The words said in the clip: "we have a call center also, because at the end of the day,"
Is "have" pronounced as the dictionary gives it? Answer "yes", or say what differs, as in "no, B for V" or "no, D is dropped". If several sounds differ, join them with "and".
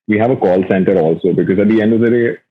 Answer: yes